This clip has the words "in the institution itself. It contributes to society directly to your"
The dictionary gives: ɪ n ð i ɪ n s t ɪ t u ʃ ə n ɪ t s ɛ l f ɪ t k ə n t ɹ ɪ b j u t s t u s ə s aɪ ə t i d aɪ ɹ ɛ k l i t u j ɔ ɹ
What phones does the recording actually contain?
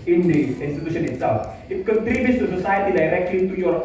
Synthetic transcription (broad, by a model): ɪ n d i ɪ n s t ɪ t u ʃ ə n ɪ t s ɛ l f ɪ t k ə t ɹ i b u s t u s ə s aɪ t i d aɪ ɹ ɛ k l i t u j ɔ ɹ